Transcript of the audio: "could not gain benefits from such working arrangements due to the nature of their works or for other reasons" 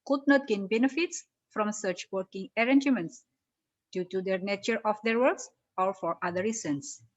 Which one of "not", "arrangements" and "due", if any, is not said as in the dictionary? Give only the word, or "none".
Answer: none